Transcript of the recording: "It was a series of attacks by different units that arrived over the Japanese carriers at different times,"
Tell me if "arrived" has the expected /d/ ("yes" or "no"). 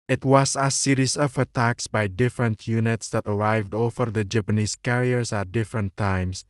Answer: yes